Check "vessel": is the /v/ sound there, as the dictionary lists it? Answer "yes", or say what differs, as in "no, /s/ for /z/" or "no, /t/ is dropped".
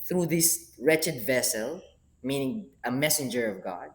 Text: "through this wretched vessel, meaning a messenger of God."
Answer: yes